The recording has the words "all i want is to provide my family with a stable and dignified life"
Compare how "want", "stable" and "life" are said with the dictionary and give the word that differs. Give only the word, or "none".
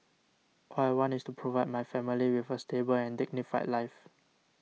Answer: want